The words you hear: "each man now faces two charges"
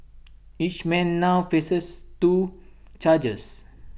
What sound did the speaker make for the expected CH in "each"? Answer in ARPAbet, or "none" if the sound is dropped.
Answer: CH